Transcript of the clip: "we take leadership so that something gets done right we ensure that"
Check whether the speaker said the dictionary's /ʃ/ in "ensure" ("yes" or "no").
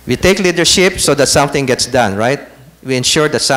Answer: yes